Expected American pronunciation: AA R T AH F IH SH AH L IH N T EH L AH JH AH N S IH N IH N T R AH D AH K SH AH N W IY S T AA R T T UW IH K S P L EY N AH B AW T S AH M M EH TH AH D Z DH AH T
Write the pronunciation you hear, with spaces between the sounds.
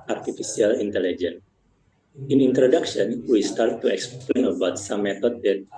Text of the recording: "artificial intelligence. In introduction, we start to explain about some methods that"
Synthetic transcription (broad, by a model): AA R T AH F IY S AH L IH N T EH L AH JH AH N IH N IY N T R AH D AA K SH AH N W IY S T AA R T T UW IH K S P L EY N AH B AW T S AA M M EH T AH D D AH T